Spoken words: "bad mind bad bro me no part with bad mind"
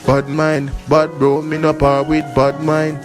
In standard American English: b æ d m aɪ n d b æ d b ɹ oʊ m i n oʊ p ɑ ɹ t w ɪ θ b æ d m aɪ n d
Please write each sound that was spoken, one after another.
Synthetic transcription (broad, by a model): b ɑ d m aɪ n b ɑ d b oʊ m i n oʊ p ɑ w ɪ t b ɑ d m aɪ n